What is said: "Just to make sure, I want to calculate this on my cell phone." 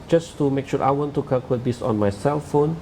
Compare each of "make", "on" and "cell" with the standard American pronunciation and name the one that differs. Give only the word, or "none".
none